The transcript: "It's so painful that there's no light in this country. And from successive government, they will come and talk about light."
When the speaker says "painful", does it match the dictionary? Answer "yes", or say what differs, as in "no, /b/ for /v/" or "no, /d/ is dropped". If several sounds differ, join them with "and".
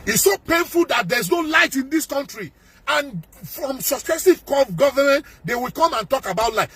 yes